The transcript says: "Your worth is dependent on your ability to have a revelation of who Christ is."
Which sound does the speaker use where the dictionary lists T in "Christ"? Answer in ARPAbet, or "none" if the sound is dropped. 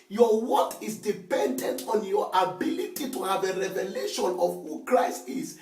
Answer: T